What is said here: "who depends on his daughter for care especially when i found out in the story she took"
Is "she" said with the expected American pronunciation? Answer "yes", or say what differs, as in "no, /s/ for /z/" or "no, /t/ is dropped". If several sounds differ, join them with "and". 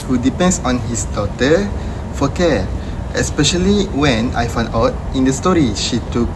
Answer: yes